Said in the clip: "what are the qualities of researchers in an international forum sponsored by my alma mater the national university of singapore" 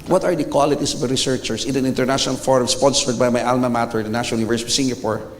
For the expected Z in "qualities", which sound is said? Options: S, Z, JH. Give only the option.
S